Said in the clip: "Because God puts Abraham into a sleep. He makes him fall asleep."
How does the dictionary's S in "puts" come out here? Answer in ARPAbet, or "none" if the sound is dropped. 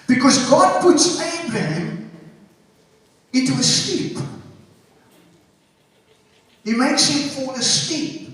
S